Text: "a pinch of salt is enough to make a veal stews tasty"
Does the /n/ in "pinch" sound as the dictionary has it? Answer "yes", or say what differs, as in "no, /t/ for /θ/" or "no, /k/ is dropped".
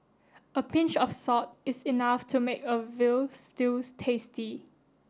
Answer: yes